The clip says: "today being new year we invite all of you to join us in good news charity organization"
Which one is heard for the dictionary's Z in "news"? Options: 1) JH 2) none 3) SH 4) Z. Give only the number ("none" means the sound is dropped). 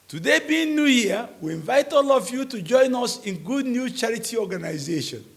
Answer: 2